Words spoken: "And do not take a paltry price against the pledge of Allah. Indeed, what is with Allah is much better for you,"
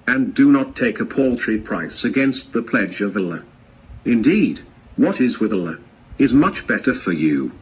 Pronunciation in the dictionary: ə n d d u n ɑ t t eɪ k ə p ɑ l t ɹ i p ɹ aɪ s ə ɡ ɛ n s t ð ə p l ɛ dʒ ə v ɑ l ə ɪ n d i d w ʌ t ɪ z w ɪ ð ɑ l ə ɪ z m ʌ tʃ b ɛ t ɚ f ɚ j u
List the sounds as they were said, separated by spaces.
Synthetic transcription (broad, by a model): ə n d d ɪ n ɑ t t eɪ k ə p ɑ l t ɹ i p ɹ aɪ s ə ɡ ɛ n s t ð ə p l ɛ dʒ ə v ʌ l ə ɪ n d i d w ʌ t ɪ z w ɪ ð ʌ l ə ɪ z m ʌ tʃ b ɛ t ɚ f ɚ j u